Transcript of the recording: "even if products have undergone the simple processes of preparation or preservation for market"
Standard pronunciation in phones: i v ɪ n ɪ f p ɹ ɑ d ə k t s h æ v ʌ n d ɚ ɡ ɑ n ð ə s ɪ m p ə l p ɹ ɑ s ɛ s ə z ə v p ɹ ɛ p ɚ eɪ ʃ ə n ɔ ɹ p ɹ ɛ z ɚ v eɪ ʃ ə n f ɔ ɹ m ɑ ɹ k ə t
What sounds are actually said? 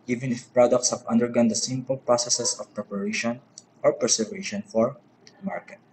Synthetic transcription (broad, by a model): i v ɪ n ɪ f p ɹ ɑ d ə k t s h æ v ʌ n d ɚ ɡ ɑ n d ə s ɪ m p ə l p ɹ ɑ s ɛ s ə s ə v p ɹ ɛ p ɚ eɪ ʃ ə n ɔ ɹ p ɹ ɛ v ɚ eɪ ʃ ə n f ɔ ɹ m ɑ ɹ k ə t